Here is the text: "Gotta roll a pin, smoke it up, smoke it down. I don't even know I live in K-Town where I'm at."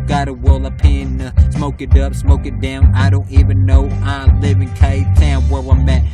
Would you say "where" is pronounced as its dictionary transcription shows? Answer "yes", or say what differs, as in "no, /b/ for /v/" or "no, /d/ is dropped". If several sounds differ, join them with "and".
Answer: no, /w/ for /ɹ/